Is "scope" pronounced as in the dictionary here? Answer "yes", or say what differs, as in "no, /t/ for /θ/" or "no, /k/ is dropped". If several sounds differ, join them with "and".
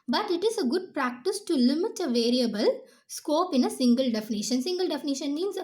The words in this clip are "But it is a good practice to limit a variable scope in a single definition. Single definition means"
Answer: yes